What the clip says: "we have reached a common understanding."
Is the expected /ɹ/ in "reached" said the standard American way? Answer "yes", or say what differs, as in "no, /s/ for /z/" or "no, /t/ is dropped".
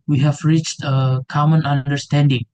yes